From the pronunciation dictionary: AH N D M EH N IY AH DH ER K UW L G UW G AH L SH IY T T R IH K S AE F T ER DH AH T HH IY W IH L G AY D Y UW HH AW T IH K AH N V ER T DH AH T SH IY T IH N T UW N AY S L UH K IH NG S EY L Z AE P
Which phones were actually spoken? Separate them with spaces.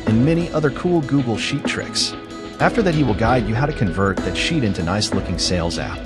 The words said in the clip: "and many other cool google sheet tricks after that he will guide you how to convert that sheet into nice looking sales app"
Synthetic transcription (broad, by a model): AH N M EH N IY AH DH ER K UW L G UW G L SH IY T T R IH K S AE F T ER DH AH T HH IY W IH L G AY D Y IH HH AW T IH K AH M V ER T DH AH T SH IY T IH N T UW N AY S L UH K IH NG S EY L Z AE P